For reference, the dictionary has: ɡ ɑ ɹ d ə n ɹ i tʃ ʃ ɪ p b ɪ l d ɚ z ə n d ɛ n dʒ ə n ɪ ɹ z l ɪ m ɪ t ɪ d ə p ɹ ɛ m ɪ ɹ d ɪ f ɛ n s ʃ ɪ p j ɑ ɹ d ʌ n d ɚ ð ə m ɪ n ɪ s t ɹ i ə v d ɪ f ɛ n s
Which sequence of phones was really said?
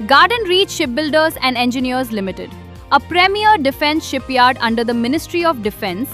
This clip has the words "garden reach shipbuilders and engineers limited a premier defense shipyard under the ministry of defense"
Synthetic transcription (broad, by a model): ɡ ɑ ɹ d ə n ɹ i tʃ ʃ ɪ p b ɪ l d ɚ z ə n d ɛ n dʒ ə n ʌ ɹ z l ɪ m ɪ t ɪ d ə p ɹ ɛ m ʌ ɹ d ɪ f ɛ n s ʃ ɪ p j ɑ ɹ d ʌ n d ɚ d ə m ɪ n ɪ s t ɹ i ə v d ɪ f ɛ n s